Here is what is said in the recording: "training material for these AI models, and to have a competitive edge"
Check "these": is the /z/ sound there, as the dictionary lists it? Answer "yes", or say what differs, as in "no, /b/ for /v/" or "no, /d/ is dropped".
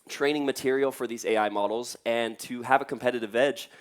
yes